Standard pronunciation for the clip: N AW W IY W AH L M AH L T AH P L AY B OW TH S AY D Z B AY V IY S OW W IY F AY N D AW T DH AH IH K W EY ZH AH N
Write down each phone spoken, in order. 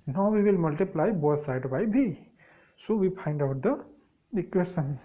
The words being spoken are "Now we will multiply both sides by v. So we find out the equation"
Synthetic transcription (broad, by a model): N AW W IY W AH L M AH L T AH P L AY B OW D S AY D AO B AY B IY S OW W IY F AY N D AW T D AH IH K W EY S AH N